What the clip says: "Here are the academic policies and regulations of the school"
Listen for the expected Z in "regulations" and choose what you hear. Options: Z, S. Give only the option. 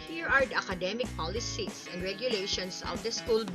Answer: S